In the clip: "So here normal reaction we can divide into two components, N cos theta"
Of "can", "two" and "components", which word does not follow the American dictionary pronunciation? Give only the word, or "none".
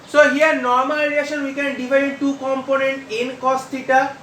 components